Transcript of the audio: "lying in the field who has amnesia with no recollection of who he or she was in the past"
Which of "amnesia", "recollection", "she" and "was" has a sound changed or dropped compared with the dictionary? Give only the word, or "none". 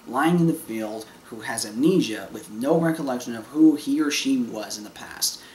amnesia